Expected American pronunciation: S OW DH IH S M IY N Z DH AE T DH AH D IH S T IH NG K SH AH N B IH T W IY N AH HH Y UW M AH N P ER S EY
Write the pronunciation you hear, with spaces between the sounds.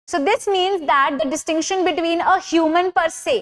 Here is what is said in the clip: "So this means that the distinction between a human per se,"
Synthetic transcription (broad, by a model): S OW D IH S M IY N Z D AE T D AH D IH S T IH NG K SH AH N B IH T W IY N AH HH Y UW M AH N P ER S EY